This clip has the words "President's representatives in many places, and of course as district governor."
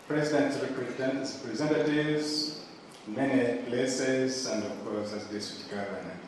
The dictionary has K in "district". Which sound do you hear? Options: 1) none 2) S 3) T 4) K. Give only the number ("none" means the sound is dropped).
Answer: 1